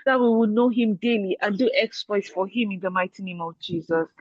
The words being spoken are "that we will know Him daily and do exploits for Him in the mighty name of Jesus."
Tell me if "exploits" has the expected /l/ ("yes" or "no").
no